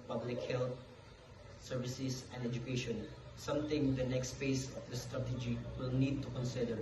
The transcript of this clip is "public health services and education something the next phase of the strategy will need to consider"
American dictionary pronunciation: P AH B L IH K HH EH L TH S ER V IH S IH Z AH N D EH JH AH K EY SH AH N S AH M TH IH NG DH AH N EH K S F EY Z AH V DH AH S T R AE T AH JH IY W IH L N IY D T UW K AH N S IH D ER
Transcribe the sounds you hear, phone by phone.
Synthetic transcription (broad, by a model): P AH B L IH K HH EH L T S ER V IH S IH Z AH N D EH JH AH K EY SH AH N S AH M T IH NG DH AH N EH K S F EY S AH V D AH S T R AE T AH JH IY W IH L N IY D T UW K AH N S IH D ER